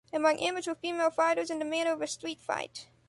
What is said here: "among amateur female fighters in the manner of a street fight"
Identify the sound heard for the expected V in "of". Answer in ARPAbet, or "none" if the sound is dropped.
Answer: V